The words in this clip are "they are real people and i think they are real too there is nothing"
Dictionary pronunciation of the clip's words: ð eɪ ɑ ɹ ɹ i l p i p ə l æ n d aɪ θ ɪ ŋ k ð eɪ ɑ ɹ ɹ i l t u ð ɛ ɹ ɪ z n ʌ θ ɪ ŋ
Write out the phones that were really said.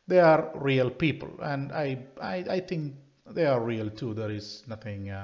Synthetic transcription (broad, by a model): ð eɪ ɑ ɹ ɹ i l p i p ə l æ n d aɪ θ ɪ ŋ k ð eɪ ɑ ɹ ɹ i l t u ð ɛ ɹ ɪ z n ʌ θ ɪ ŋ